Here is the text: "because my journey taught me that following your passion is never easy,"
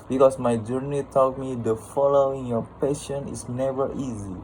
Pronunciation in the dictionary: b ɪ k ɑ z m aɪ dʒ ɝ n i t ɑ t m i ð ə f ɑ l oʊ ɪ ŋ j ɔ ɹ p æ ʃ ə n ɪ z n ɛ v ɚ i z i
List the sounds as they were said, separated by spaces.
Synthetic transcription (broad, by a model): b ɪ k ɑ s m aɪ dʒ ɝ n i t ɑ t m i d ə f ɑ l oʊ ɪ ŋ j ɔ p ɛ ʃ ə n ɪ s n ɛ v ɚ i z i